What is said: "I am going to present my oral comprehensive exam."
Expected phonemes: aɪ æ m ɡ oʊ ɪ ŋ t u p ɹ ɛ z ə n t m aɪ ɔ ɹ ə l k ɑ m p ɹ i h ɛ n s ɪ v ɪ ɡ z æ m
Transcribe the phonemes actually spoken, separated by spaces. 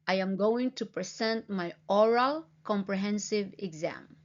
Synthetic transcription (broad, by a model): aɪ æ m ɡ oʊ ɪ ŋ t u p ɹ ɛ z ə n t m aɪ ɔ ɹ ə l k ɑ m p ɹ i h ɛ n s ɪ v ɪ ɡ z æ m